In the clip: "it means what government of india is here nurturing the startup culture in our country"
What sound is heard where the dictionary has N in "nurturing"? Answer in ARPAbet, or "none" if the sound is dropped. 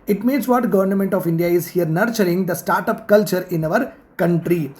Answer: N